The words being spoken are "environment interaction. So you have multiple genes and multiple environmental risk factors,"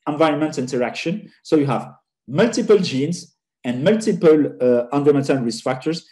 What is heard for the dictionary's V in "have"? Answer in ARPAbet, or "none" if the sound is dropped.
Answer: V